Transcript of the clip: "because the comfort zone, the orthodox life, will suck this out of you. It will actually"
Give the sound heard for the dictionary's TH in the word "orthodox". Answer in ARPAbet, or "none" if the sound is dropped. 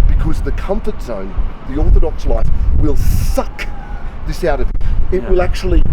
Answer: TH